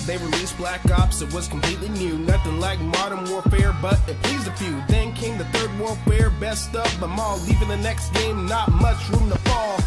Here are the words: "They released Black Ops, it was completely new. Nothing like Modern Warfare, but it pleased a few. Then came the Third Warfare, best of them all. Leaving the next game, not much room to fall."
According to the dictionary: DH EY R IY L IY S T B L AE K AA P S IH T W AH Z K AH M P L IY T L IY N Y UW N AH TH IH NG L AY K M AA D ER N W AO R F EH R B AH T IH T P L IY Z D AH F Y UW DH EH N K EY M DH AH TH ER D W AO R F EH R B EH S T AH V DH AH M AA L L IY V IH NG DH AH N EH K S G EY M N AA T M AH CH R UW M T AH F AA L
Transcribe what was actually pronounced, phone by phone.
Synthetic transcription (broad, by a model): DH EY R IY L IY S B L AE K AA P S IH T W AH Z K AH M P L IY T L IY N Y UW N AH TH IH NG L AY K M AA D ER N W AO R F EH R B AH T IH T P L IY Z AH F Y UW DH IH N K EY M DH AH TH ER D W AO R F EH R B EH S T AH P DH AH M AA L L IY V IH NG DH AH N EH K S G EY M N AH T M AH CH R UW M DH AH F AA L